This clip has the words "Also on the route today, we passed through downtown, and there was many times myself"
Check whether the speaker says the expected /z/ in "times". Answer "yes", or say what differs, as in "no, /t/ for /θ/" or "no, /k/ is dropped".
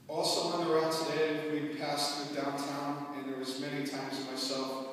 yes